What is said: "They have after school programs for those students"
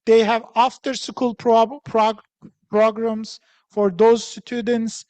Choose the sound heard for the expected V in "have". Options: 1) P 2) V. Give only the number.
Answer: 2